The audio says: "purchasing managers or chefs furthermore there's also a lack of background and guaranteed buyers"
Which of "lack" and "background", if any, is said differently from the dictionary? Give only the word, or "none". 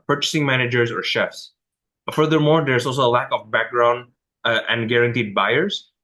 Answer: none